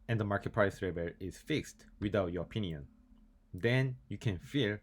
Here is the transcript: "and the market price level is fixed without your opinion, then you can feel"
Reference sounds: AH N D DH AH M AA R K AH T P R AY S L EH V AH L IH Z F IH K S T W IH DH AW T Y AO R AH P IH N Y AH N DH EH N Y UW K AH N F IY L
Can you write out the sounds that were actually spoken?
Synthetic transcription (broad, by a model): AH N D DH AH M AA R K AH T P R AY S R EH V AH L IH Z F IH K S T W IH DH AW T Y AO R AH P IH N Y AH N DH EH N Y UW K AH N F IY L